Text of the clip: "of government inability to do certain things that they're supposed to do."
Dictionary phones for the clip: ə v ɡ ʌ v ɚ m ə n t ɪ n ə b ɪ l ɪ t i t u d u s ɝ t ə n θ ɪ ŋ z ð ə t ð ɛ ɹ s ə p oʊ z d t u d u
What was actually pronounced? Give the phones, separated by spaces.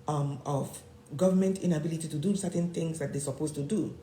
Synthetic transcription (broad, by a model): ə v ɡ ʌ v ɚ m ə n t ɪ n ə b ɪ l ɪ t i t u d u s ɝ t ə n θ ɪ ŋ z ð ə t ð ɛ s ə p oʊ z t u d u